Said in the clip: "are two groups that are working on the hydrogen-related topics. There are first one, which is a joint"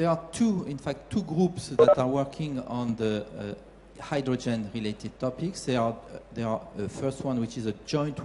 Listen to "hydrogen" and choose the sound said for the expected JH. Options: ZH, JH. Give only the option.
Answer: JH